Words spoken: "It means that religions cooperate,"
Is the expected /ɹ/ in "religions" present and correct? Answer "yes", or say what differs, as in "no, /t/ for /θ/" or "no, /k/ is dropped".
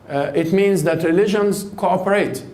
yes